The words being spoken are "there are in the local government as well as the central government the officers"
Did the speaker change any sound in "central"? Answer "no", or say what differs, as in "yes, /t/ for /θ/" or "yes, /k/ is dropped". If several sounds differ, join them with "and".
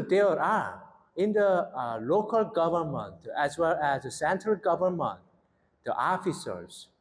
no